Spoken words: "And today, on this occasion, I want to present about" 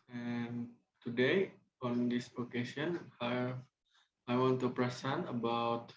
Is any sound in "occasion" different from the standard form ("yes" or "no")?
yes